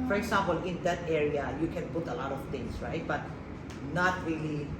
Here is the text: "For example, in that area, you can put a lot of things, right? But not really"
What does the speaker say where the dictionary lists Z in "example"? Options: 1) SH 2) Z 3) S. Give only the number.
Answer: 3